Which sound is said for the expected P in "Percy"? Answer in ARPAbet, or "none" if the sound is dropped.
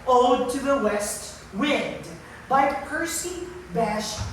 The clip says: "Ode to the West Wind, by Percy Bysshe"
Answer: P